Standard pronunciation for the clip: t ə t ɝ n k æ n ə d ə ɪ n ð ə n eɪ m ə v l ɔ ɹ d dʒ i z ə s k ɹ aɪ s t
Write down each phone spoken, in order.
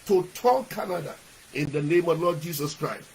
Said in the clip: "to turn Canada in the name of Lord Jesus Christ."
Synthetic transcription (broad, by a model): t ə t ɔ l k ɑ n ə d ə ɪ n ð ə n eɪ m ə v l ɔ d dʒ i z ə s k ɹ aɪ s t